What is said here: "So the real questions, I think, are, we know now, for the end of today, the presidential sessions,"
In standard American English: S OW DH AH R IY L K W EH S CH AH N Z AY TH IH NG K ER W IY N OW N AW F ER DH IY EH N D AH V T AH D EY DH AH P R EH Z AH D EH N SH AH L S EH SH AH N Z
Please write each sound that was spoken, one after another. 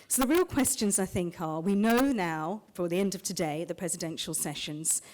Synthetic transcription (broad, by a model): S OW DH AH R IY L K W EH S CH AH N Z AY TH IH NG K ER W IY N OW N AW F ER DH IY EH N D AH V T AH D EY DH AH P R EH Z AH D EH N SH AH L S EH SH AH N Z